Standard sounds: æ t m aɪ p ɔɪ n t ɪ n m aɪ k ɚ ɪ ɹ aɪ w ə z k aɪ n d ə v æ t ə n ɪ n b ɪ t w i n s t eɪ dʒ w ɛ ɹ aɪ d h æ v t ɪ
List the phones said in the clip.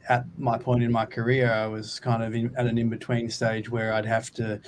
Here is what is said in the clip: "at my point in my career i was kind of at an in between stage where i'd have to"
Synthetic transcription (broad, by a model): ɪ t m aɪ p ɔɪ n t ɪ n m aɪ k ɚ ɪ ɹ aɪ w ə z k aɪ n d ə v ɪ t ə n ɪ n b ɪ t w i n s t eɪ dʒ w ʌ ɹ aɪ d h æ f t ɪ